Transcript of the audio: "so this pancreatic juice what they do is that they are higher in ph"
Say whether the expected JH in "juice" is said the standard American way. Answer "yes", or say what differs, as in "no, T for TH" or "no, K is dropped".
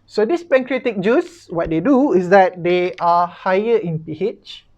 yes